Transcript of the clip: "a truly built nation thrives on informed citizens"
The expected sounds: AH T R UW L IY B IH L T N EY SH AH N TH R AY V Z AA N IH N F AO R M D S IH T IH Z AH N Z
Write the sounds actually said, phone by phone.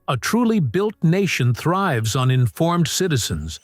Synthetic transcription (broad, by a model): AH T R UW L IY B IH L T N EY SH AH N TH R AY V Z N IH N F AO R M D S IH T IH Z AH N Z